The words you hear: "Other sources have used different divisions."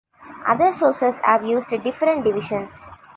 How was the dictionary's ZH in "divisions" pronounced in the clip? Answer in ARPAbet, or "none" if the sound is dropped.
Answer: SH